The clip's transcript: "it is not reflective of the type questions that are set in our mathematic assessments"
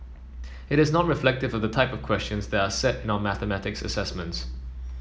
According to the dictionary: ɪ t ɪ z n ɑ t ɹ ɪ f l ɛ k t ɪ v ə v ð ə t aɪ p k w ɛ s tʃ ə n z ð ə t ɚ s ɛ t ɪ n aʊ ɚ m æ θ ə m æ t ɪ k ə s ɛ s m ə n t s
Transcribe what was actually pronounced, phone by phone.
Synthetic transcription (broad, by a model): ɪ t ɪ z n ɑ t ɹ ɪ f l ɛ k t ɪ v ə v ð ə t aɪ p k w ɛ s tʃ ə n z ð ə t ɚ s ɛ t ɪ n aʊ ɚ m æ θ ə m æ t ɪ k ə s ɛ s m ə n t s